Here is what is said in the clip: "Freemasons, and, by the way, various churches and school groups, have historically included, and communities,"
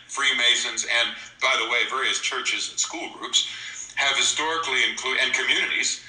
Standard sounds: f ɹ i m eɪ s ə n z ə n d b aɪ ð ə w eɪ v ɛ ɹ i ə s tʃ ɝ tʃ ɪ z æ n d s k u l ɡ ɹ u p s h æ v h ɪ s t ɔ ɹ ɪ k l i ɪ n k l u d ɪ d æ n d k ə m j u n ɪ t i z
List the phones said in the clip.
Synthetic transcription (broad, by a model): f ɹ i m eɪ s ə n z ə n b aɪ ð ə w eɪ v ɛ ɹ i ə s tʃ ɝ tʃ ɪ z n s k u l ɡ ɹ u p s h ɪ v h ɪ s t ɔ ɹ ɪ k l i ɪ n k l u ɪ n k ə m j u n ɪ t i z